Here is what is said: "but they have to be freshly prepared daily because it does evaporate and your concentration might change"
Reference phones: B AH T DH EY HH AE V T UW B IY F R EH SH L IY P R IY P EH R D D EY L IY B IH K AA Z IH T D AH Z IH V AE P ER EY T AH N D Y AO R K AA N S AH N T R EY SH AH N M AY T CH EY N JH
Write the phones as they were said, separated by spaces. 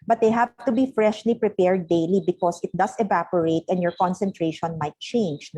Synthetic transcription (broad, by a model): B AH T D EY HH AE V T UW B IY F R EH SH L IY P R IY P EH R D D EY L IY B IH K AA S IH T D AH S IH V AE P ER EY T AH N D Y AO R K AA N S AH N T R EY SH AH N M AY T CH EY N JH